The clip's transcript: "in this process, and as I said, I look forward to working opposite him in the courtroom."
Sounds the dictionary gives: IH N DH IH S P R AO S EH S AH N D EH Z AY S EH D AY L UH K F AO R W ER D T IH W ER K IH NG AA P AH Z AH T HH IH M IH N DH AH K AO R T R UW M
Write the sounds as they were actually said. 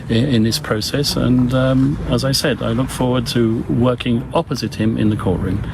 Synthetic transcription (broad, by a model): IH N DH IH S P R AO S EH S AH N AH Z AY S EH D AY L UH K F AO R W ER D T IH W ER K IH NG AA P AH Z AH T HH IH M IH N DH AH K AO R T R UW M